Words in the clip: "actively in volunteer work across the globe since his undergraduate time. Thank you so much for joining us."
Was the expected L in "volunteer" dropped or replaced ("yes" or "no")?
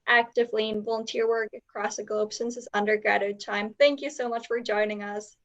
no